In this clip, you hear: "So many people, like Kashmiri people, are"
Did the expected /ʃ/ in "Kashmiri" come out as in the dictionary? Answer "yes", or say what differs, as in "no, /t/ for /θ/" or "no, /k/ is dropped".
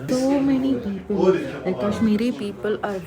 no, /s/ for /ʃ/